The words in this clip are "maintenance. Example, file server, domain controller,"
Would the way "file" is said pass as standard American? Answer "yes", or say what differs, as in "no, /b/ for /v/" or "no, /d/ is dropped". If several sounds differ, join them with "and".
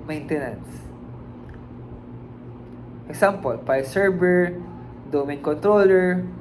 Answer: no, /p/ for /f/